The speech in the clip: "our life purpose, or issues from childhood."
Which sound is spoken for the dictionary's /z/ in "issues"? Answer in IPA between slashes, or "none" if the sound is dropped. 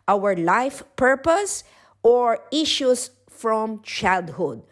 /s/